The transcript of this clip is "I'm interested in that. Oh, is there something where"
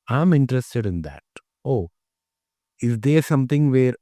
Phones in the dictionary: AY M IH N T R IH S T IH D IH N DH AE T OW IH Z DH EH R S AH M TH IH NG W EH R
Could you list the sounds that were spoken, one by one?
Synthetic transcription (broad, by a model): AY M IH N T R IH S T IH D IH N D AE T OW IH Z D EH R S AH M T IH NG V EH R